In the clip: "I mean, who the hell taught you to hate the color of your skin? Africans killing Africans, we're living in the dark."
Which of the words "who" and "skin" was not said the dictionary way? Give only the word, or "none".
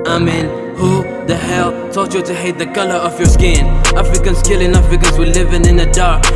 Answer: none